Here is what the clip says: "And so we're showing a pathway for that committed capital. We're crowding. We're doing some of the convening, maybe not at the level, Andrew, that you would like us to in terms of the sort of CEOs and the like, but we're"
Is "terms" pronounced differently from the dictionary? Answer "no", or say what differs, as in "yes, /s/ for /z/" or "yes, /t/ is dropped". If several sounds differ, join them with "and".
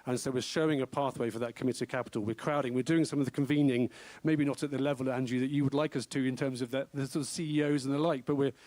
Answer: no